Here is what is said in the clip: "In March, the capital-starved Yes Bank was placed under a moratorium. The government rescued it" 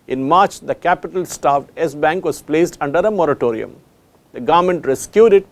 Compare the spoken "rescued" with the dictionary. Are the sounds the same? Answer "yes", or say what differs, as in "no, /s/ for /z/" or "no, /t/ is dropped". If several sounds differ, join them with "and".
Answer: yes